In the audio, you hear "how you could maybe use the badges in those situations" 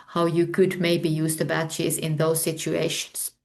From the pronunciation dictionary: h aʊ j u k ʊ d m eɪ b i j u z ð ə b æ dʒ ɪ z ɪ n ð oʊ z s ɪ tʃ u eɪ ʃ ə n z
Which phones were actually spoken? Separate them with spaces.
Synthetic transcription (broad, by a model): h aʊ j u k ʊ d m eɪ b i j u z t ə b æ tʃ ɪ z ɪ n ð oʊ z s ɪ tʃ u eɪ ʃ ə n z